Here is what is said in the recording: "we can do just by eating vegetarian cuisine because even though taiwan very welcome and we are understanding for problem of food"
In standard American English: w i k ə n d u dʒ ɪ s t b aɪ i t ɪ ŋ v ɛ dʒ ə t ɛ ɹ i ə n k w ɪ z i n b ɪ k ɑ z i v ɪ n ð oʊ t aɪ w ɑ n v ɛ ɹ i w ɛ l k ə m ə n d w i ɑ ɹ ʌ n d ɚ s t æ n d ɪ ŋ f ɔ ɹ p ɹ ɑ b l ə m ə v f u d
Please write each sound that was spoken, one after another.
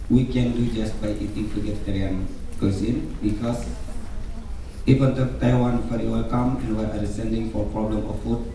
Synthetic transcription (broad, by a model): w i k ə n d u dʒ ɪ s t b aɪ i t ɪ ŋ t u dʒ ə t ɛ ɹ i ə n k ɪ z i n b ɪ k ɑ s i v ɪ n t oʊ t aɪ w ɑ n f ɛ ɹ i w ɛ l k ə m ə n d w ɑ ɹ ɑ d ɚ s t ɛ n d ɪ ŋ f ɔ ɹ p ɹ ɑ b l ə m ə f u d